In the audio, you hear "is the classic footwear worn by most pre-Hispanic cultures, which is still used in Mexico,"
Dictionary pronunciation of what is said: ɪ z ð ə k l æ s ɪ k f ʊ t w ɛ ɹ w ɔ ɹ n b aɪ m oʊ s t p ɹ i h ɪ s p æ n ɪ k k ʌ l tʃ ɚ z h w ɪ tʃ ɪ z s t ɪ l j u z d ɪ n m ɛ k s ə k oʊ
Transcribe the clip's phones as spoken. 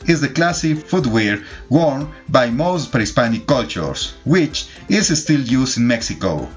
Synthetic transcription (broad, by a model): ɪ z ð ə k l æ s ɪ f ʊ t w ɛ ɹ w ɔ ɹ n b aɪ m oʊ s t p ɑ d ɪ s p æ n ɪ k k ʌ l tʃ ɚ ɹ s w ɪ tʃ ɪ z s t ɪ l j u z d ɪ n m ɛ k s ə k oʊ